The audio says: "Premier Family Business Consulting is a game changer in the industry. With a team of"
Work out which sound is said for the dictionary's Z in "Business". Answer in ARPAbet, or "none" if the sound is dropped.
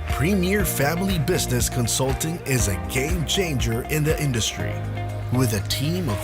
Z